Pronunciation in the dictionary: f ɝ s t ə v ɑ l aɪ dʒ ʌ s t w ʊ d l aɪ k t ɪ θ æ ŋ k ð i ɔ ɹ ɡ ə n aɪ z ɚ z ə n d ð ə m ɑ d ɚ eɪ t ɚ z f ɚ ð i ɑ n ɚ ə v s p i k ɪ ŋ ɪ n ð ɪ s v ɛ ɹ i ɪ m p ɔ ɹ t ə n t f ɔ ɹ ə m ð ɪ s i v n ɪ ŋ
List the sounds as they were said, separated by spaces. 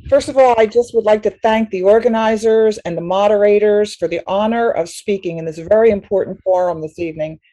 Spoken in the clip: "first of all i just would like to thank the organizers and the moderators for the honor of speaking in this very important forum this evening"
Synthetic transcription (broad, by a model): f ɝ s t ə v ɑ l aɪ dʒ ʌ s t w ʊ d l aɪ k t ɪ θ æ ŋ k ð i ɔ ɹ ɡ ə n aɪ z ɚ z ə n ð ə m ɑ d ɚ eɪ t ɚ z f ɚ ð i ɑ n ɚ ə v s p i k ɪ ŋ ɪ n ð ɪ s v ɛ ɹ i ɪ m p ɔ ɹ t n t f ɔ ɹ ə m ð ɪ s i v n ɪ ŋ